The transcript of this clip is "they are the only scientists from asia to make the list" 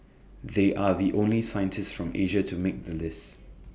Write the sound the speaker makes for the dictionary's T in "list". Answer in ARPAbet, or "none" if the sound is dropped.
T